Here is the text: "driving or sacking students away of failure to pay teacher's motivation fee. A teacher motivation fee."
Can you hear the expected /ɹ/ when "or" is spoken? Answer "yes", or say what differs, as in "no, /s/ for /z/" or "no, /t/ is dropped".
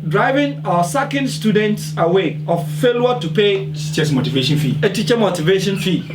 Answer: no, /w/ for /ɹ/